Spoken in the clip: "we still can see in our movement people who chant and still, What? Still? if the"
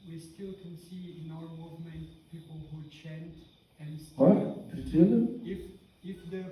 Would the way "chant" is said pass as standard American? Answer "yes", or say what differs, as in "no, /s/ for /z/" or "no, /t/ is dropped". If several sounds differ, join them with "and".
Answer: yes